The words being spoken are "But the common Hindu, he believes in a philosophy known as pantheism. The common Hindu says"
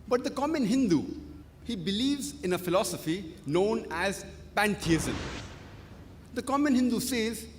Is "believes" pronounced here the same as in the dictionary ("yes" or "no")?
yes